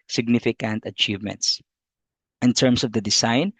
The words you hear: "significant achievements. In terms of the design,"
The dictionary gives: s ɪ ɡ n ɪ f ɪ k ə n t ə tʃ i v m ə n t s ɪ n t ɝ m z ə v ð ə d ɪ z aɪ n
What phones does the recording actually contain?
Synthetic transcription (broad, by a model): s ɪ ɡ n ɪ f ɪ k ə n t ə tʃ i v m ə n t s ɪ n t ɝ m s ə v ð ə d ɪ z aɪ n